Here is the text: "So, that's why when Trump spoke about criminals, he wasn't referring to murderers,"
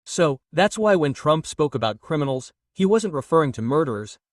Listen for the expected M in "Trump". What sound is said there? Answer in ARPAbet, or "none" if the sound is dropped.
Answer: M